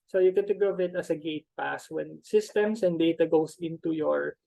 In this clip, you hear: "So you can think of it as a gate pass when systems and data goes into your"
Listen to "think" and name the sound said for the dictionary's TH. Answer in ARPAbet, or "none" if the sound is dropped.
T